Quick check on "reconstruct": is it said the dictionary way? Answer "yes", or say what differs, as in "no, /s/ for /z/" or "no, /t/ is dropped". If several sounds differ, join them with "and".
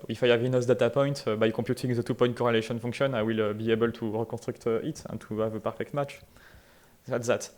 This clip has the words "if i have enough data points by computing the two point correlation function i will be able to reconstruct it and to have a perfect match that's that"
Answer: no, /n/ is dropped